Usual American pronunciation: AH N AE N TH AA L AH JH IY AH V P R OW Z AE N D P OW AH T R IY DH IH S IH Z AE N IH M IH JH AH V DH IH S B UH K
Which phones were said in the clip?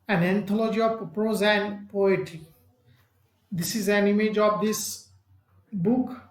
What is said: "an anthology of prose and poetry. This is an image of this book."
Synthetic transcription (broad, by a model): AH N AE N T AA L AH JH IY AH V P R OW Z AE N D P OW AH T IY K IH S IH Z AE N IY M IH JH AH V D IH S B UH K